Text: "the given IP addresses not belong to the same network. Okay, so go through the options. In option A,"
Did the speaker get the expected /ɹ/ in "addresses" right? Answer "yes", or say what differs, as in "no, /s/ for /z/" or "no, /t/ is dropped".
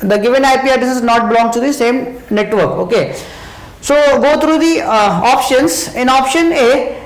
no, /ɹ/ is dropped